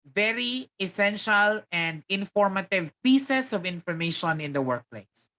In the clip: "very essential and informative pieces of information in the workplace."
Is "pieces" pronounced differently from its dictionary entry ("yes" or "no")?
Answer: yes